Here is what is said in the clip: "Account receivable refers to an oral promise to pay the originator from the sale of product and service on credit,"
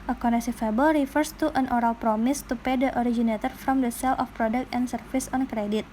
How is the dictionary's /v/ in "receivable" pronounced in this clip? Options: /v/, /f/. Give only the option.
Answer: /f/